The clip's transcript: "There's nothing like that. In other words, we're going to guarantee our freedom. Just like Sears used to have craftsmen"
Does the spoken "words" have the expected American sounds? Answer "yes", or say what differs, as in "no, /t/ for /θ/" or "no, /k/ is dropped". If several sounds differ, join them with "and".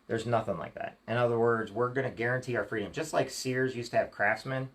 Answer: yes